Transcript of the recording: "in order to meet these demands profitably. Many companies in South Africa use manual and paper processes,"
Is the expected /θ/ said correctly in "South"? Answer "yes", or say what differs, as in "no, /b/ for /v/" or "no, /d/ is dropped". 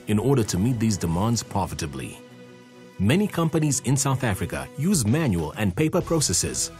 yes